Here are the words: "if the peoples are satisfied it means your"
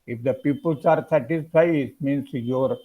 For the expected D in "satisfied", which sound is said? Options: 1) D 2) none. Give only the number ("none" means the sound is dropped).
2